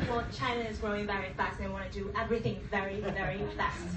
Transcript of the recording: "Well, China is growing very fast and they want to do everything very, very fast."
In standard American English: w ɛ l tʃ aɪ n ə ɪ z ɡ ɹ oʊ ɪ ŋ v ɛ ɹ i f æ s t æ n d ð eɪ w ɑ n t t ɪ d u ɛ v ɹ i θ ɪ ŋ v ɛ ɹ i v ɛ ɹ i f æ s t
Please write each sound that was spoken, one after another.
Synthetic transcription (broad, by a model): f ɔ tʃ aɪ n ə ɪ z ɡ ɹ oʊ ɪ ŋ v ɛ ɹ i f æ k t ð eɪ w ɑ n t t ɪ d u ɛ v ɹ i θ ɪ ŋ v ɛ ɹ i v ɛ ɹ i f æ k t